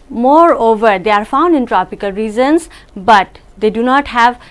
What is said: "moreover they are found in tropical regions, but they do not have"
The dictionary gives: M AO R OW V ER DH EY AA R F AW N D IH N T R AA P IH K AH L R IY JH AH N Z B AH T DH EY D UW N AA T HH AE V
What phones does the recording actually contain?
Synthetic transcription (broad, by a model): M AO R OW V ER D EY AA R F AW N D IH N T R AA P IH K AH L R IY Z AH N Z B AH T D EY D UW N AA T HH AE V